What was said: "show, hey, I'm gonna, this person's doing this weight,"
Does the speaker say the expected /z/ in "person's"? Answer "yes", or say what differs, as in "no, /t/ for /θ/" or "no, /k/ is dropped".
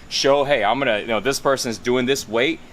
yes